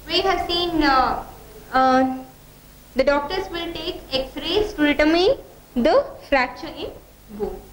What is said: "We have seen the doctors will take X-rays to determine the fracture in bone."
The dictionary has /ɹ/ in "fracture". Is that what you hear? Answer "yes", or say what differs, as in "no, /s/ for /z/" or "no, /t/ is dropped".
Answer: yes